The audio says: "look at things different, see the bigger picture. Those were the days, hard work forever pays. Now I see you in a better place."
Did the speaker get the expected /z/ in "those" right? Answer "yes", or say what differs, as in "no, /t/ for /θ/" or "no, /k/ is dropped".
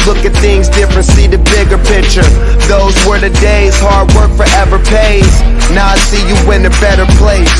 yes